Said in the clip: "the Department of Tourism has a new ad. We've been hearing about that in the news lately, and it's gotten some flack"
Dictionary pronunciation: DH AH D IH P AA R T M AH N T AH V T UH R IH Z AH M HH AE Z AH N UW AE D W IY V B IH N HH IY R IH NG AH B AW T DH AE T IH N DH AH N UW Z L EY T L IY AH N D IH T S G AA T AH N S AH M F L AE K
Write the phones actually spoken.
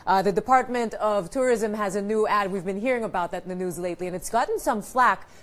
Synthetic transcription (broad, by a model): DH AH D IH P AA R T M AH N T AH V T UH R IH Z AH M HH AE Z AH N UW AE D W IY V B IH N HH IY R IH NG AH B AW T DH AE T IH N DH AH N UW Z L EY T L IY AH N IH T S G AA T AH N S AH M F L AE K